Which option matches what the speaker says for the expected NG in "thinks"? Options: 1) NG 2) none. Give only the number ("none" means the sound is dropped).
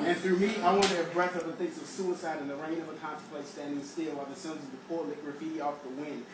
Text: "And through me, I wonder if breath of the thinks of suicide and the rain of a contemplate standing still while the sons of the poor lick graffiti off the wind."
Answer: 2